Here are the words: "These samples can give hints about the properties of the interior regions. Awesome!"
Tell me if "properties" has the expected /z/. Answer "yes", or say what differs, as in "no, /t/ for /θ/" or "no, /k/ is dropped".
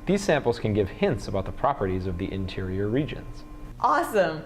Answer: yes